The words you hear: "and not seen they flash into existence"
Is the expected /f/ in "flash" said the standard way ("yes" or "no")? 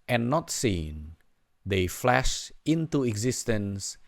yes